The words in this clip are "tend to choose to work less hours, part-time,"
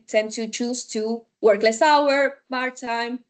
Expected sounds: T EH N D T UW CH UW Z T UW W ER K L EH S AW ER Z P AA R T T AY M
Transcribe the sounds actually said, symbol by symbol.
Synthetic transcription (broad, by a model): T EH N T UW CH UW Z T UW W ER K L EH S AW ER P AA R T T AY M